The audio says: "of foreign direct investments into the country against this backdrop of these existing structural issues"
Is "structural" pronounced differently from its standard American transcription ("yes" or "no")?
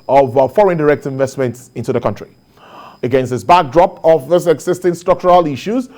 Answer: no